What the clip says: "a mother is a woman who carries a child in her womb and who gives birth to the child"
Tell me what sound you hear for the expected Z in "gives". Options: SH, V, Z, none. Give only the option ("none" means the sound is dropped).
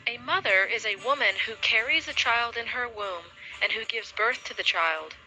Z